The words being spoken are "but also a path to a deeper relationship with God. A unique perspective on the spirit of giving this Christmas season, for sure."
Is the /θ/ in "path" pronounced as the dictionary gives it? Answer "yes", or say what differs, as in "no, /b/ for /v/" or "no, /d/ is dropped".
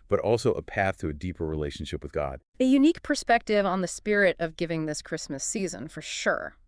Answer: yes